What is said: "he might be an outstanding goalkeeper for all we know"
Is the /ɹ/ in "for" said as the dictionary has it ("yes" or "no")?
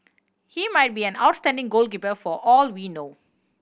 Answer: yes